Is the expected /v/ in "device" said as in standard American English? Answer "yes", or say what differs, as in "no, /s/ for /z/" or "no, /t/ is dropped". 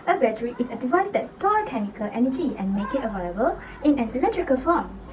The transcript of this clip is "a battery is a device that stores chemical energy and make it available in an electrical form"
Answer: yes